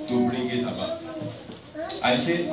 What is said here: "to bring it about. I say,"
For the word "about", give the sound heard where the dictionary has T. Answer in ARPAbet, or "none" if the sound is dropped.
none